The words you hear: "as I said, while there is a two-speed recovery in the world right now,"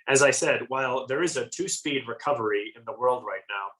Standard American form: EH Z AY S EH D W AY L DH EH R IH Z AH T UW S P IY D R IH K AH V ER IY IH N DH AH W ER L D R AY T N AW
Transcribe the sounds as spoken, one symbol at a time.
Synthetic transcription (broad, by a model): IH Z AY S EH D W AY L DH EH R IH Z AH T UW S P IY D R IH K AH V ER IY IH N DH AH W ER L D R AY T N AW